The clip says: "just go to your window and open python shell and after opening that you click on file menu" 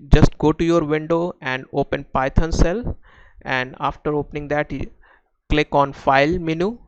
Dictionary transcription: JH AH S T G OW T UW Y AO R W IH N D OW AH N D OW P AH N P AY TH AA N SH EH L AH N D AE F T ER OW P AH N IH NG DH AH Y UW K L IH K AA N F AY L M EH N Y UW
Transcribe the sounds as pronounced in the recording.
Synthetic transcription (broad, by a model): JH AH S T G OW T UW Y AO R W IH N D OW AH N D OW P AH N P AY T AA N S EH L AH N D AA F T ER OW P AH N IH NG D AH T K L IH K AA N F AY L M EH N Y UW